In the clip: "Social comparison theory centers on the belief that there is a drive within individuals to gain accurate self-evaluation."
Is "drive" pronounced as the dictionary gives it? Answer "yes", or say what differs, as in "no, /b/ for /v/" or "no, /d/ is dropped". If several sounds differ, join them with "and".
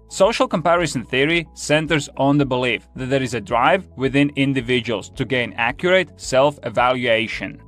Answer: yes